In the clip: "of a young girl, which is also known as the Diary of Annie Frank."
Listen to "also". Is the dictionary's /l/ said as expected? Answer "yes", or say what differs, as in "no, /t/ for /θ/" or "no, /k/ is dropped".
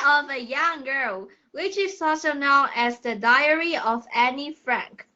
no, /l/ is dropped